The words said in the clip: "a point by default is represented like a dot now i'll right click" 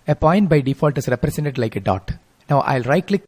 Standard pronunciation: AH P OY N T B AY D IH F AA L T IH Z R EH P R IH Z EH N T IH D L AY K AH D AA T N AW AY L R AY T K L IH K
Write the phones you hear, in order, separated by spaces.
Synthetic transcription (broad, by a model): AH P OY N T B AY D IH F AA L T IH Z R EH P R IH S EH N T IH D L AY K AH D AA T N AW AY L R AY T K L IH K